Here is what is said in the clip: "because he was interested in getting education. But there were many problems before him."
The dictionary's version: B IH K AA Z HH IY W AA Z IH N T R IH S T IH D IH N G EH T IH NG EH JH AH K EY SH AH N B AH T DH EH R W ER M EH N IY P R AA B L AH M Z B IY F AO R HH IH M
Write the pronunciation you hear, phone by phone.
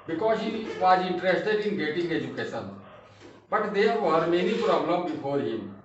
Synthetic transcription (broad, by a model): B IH K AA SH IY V AA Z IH N T R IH S T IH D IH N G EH T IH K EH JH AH K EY S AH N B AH T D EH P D M EH N IY P R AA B L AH M B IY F AO R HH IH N